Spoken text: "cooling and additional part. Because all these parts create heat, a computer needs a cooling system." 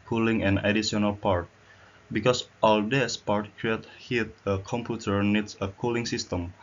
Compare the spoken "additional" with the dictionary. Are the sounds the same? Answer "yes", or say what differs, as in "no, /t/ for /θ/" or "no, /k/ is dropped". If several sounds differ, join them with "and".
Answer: no, /ʃ/ is dropped